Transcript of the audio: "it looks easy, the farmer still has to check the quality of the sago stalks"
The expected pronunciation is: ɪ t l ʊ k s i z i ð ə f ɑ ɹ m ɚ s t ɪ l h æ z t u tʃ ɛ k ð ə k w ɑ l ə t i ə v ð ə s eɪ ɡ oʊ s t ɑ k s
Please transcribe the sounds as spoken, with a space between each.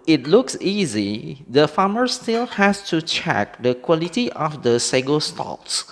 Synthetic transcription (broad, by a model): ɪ t l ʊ k s i z i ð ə f ɑ m ɚ s t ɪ l h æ s t u tʃ ɛ k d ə k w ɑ l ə t i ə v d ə s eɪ ɡ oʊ s t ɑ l s